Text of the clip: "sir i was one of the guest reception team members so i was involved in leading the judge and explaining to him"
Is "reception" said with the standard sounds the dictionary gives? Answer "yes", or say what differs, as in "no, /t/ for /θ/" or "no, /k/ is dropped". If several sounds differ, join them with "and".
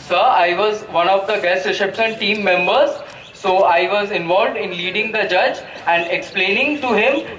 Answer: no, /ʃ/ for /s/ and /s/ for /ʃ/